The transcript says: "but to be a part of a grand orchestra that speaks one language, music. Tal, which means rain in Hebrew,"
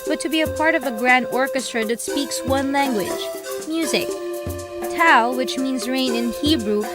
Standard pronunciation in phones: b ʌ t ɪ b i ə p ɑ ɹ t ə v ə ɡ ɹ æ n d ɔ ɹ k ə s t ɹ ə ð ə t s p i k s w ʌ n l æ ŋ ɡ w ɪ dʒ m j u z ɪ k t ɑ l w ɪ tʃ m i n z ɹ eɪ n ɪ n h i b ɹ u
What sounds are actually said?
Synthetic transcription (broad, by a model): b ʌ t ɪ b i ə p ɑ ɹ t ə v ə ɡ ɹ æ n d ɔ ɹ k ə s t ɹ ə ð ə t s p i k s w ʌ n l æ ŋ ɡ w ɪ dʒ m j u z ɪ k t ɑ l w ɪ tʃ m i n z ɹ eɪ n ɪ n h i b ɹ u